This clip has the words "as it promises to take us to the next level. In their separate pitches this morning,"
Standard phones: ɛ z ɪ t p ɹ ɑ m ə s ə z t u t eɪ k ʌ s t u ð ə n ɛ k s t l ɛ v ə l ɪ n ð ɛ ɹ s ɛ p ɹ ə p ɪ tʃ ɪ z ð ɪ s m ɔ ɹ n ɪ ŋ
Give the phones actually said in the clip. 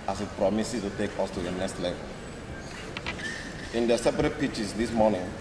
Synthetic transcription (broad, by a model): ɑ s ɪ t p ɹ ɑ m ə s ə t u t eɪ k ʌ s t u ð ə n ɛ k s t l ɛ v ə l ɪ n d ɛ s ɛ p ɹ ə p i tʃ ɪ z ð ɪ s m ɔ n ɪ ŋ